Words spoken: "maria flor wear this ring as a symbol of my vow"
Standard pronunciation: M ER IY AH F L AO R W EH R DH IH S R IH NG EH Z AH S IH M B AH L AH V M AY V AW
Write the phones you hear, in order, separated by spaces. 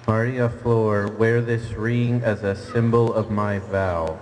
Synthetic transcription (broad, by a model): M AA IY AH F L AO R W EH R DH IH S R IH NG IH Z AH S IH M B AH L AH V M AY V AW